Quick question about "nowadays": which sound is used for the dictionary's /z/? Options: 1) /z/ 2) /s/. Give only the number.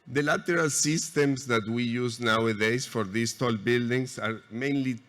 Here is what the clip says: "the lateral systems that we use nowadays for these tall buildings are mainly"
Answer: 2